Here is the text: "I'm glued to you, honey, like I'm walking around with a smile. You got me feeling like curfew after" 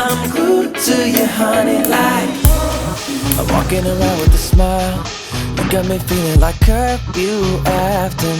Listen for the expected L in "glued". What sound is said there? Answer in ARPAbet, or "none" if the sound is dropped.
none